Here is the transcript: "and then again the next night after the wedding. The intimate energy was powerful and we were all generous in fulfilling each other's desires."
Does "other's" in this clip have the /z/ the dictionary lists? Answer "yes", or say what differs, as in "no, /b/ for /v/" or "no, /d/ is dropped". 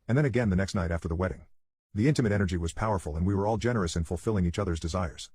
yes